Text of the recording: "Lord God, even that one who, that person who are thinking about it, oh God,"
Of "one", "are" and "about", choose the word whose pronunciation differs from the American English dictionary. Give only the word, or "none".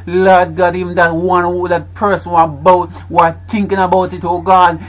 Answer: are